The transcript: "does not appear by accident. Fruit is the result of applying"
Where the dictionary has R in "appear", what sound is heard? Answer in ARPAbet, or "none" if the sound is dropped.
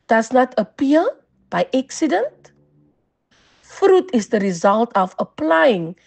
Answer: L